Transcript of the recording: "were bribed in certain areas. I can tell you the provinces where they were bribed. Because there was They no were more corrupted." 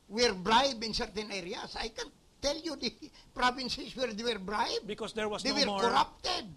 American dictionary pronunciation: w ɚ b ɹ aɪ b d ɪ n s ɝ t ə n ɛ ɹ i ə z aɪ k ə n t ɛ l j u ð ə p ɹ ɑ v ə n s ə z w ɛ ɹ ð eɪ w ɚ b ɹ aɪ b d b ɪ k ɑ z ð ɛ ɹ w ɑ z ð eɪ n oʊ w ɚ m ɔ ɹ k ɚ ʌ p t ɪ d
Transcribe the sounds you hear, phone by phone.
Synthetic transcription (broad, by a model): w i b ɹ aɪ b ɪ n s ɝ t ə n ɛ ɹ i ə s aɪ k ə n t ɛ l j u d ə p ɹ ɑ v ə n s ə s w ɛ ɹ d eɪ w ɚ b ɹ aɪ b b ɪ k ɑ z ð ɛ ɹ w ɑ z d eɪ w ɚ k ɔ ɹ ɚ p t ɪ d